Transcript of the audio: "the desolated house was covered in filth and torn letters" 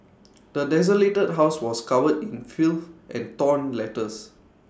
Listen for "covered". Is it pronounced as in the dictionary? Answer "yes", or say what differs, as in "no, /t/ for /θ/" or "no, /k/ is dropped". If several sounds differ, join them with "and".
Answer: no, /w/ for /v/